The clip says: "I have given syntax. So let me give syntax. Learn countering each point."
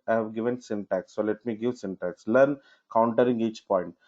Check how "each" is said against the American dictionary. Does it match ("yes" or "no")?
yes